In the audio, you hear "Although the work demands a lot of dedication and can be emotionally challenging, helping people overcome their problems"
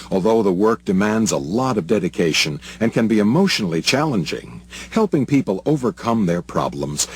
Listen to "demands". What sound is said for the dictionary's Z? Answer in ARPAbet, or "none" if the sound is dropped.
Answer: Z